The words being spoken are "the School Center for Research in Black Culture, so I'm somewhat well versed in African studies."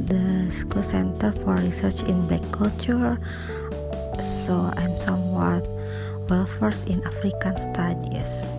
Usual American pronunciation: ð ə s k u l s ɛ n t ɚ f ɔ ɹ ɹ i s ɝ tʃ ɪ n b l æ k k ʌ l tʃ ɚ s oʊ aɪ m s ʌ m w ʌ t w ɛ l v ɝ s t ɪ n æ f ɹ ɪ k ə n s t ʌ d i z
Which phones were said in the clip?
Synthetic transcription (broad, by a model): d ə s k u l s ɛ n t ɚ f ɔ ɹ ɹ i s ɝ tʃ ɪ n b l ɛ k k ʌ l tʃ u s oʊ aɪ m s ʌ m w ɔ t w ɛ l f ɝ s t ɪ n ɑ f ɹ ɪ k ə n s t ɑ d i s